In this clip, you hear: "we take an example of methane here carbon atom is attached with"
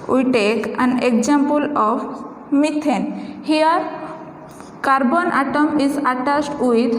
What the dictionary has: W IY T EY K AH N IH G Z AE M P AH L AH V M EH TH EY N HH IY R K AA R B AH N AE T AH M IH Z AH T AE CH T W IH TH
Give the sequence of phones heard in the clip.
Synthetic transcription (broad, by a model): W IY T EY K AH N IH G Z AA M P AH L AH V M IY T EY N HH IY R K AA R B AH N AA T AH M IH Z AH T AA S T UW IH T